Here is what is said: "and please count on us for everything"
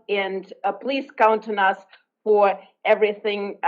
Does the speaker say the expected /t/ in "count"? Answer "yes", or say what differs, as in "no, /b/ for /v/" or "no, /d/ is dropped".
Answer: yes